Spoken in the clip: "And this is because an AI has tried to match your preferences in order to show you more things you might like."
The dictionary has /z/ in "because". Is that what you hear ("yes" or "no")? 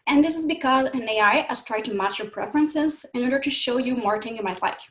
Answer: yes